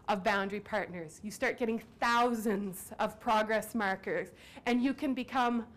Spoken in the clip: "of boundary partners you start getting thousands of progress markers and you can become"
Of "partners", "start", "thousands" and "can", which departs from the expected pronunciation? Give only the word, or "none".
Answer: none